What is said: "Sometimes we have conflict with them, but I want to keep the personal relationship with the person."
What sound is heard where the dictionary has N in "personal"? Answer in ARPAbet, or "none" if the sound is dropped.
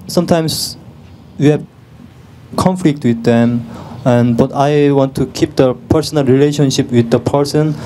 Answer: N